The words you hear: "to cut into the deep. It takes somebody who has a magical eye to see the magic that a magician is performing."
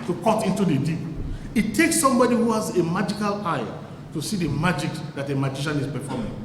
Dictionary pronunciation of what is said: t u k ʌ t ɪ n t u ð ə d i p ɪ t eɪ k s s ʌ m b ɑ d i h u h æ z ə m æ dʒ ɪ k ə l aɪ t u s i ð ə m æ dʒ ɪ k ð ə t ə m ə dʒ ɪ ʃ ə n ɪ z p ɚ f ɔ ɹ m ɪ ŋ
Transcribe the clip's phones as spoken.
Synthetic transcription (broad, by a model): t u k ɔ t ɪ n t u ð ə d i ɪ t eɪ k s s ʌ m b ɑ d i h u h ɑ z ə m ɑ dʒ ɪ k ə l aɪ t u s i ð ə m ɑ dʒ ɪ k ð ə t ə m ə dʒ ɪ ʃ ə n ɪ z p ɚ f ɔ m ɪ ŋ